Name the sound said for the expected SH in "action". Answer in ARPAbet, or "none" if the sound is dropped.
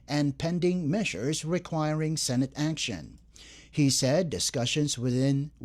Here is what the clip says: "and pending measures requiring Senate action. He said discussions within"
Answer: SH